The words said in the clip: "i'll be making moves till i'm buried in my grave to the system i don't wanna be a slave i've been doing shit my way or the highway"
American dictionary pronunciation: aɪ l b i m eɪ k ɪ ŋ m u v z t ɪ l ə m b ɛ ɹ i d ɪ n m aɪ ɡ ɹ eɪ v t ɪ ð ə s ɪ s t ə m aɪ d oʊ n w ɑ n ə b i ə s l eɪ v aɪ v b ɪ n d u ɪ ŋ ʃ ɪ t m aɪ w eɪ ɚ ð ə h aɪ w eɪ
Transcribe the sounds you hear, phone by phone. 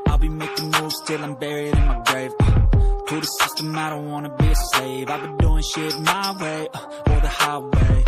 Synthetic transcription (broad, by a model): aɪ l b i m eɪ k ɪ ŋ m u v s t ɪ l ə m b ɛ ɹ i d ɪ n m aɪ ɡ ɹ eɪ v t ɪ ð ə s ɪ s t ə m aɪ d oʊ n w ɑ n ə b i ə s eɪ v aɪ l b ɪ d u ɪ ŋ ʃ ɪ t m aɪ w eɪ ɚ ð ə h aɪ w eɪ